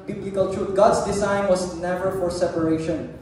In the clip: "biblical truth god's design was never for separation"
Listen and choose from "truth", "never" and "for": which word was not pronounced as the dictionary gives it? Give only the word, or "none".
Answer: truth